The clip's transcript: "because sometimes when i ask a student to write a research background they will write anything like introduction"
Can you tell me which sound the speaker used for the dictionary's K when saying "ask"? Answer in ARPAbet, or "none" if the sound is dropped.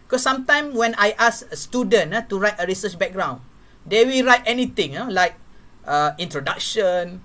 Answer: none